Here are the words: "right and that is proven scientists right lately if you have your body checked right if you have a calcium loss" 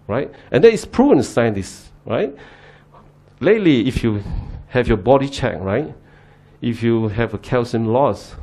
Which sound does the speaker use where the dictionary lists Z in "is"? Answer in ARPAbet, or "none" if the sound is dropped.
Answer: S